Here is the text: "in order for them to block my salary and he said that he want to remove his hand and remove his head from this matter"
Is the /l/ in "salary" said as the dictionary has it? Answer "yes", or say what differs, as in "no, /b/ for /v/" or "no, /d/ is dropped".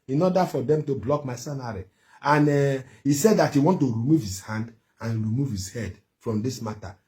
no, /n/ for /l/